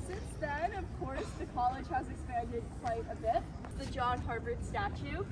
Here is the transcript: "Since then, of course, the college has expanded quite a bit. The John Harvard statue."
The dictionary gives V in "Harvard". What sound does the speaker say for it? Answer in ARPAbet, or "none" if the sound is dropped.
B